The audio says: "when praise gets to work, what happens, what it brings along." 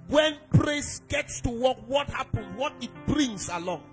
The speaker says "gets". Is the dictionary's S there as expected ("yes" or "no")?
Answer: yes